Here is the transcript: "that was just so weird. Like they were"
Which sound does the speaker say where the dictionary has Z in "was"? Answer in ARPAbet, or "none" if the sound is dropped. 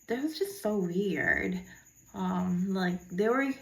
Z